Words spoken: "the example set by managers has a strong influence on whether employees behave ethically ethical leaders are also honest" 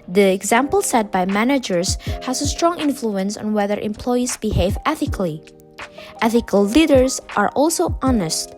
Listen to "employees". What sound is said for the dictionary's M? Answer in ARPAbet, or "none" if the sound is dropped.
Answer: M